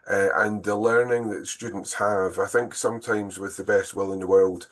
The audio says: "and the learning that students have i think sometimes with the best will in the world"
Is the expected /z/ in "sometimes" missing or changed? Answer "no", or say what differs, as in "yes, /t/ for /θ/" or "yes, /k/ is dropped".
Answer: no